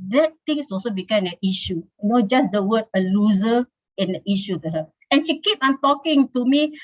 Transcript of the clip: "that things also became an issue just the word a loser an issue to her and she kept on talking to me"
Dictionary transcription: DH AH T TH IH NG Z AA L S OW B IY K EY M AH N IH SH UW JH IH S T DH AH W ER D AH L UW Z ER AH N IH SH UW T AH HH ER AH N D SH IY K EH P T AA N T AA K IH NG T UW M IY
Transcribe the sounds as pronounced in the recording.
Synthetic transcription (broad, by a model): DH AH T T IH NG S AA L S OW B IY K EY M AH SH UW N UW JH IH S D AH W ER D AH L UW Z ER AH N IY SH UW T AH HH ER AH N SH IY K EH P AA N T AA K IH NG T UW M IY